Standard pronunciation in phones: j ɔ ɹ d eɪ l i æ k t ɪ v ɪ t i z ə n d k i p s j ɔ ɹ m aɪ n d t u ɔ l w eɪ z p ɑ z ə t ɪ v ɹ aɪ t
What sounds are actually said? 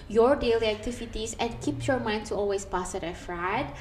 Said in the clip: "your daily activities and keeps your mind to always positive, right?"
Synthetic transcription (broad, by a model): j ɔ ɹ d eɪ l i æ k t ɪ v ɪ t i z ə n k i p j ɔ ɹ m aɪ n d t u ɔ l w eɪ s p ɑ s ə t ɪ f ɹ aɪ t